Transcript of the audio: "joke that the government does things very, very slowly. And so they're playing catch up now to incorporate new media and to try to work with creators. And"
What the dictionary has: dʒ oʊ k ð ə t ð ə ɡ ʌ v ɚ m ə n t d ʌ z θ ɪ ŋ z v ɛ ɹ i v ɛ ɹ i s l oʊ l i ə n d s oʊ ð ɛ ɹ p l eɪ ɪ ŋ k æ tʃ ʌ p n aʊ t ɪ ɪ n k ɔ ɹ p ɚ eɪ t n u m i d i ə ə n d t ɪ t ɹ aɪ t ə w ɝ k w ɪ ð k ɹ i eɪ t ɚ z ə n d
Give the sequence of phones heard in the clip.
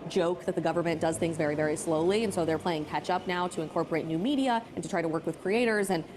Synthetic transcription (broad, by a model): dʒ oʊ k ð ə t ð ə ɡ ʌ v ɚ m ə n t d ʌ z θ ɪ ŋ z v ɛ ɹ i v ɛ ɹ i s l oʊ l i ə n s oʊ ð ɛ ɹ p l eɪ ɪ ŋ k æ tʃ ʌ p n aʊ t ɪ ɪ n k ɔ ɹ p ɚ eɪ t n u m i d i ə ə n t ɪ t ɹ aɪ t ə w ɝ k w ɪ ð k ɹ i eɪ t ɚ z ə n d